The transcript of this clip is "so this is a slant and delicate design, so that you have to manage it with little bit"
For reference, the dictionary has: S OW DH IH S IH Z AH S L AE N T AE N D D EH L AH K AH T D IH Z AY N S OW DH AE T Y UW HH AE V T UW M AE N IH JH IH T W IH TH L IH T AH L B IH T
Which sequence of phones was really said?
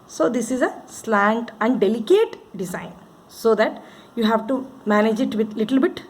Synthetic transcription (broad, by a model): S OW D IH S IH Z AH S L AE N T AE N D D EH L AH K AH T D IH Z AY N S OW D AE T Y UW HH AE V T UW M AE N IH JH IH T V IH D L IH T AH L B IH T